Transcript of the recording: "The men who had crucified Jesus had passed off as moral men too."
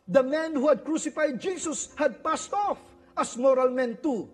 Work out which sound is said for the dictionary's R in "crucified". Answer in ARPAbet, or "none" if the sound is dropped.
R